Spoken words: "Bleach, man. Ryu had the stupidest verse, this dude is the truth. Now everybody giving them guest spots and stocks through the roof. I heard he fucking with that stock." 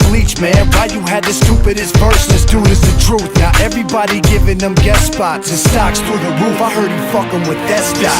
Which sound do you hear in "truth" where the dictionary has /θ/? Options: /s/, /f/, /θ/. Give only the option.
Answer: /θ/